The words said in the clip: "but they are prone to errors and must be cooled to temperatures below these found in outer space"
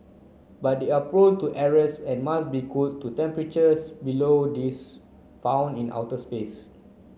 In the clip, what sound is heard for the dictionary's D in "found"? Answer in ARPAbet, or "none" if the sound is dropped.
none